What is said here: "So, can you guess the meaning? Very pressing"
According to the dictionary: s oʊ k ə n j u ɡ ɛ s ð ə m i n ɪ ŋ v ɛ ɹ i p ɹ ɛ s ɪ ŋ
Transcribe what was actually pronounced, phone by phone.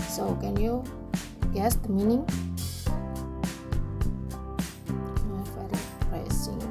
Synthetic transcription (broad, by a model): s oʊ k ə n j u ɡ ɛ s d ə m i n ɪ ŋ f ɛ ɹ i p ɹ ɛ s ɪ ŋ